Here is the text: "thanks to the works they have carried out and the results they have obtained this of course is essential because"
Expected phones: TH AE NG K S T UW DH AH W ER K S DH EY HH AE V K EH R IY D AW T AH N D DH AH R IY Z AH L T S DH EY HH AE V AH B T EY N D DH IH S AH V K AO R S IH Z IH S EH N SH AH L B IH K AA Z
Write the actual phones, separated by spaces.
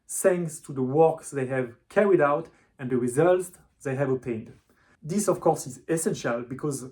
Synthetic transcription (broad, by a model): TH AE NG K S T UW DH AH W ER K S DH EY HH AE V K EH R IY D AW T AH N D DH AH R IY Z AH L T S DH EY HH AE V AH T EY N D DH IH S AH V K AO R S IH Z IH S EH N SH AH L B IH K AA Z